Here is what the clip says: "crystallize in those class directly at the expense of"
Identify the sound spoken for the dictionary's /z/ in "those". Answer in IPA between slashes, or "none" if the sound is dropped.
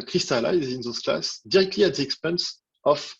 /s/